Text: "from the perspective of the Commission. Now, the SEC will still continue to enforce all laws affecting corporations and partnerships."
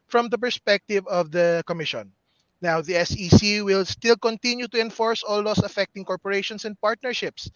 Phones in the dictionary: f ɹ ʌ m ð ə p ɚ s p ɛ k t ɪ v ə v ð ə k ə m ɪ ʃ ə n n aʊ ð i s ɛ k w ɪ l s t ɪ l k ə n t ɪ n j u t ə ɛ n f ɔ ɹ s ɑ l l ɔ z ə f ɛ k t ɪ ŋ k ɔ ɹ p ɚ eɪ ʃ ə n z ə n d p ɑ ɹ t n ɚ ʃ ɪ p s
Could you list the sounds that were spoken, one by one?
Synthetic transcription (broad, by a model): f ɹ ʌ m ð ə p ɚ s p ɛ k t ɪ v ə v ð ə k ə m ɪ ʃ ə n n aʊ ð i s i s w ɪ l s t ɪ l k ə n t ɪ n j u t ə ɛ n f ɔ ɹ s ɑ l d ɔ s ə f ɛ k t ɪ ŋ k ɔ ɹ p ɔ eɪ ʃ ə n s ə n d p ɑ ɹ t n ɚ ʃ ɪ p s